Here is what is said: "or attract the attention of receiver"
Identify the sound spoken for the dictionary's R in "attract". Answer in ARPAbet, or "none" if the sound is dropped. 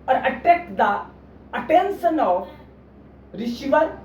none